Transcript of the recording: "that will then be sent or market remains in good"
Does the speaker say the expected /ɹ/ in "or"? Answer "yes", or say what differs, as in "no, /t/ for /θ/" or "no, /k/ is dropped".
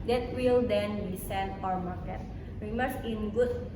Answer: no, /w/ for /ɹ/